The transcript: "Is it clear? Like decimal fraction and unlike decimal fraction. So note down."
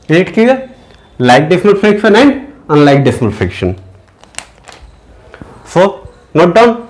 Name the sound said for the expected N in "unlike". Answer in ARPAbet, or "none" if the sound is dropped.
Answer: N